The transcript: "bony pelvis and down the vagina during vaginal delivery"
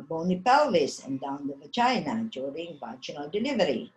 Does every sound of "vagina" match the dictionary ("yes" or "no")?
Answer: no